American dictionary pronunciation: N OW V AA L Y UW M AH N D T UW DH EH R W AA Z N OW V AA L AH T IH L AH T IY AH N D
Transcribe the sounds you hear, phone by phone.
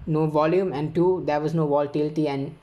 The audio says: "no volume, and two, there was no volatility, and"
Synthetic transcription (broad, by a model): N OW V AA L Y UW M AH N D T UW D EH R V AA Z N OW V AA L T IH L T IY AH N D